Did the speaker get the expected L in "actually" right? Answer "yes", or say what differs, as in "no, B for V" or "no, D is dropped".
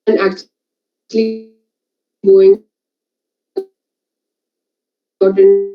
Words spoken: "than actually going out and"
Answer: yes